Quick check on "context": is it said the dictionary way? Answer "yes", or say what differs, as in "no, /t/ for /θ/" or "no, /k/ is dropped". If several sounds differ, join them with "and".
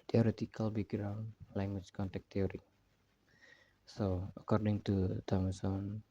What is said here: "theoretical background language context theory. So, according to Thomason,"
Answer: no, /s/ is dropped